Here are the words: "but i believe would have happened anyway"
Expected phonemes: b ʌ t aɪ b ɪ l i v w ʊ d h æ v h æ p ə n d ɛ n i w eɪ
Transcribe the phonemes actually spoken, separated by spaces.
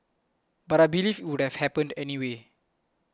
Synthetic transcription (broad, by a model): b ʌ t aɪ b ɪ l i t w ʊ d h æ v h æ p ə n d ɛ n i w eɪ